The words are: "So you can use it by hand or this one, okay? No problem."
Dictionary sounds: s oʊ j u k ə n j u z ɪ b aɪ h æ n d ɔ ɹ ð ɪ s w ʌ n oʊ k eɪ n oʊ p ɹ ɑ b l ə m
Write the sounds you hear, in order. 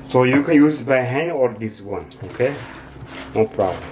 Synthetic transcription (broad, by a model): s oʊ j u k ə n j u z b aɪ h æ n ɔ ɹ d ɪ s w ʌ n oʊ k eɪ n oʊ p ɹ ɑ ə